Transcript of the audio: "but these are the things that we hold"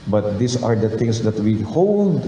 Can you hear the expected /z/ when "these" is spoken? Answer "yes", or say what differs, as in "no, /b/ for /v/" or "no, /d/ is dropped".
no, /s/ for /z/